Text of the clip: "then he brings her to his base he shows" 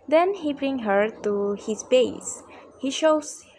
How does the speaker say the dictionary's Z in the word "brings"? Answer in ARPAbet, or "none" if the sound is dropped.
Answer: none